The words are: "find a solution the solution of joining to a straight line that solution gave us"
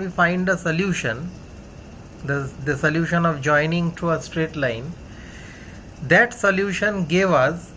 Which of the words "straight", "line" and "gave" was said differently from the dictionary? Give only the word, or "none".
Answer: none